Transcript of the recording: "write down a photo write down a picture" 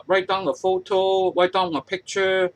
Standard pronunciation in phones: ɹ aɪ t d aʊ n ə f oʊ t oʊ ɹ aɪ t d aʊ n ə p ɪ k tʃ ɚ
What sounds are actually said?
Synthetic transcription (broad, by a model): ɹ aɪ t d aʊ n ə f oʊ t oʊ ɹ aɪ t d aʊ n ə p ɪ k tʃ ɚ